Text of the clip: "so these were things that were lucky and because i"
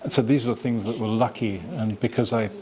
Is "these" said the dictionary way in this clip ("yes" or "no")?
yes